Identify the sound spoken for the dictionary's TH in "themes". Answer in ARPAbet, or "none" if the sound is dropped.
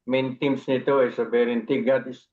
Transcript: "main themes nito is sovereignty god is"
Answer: T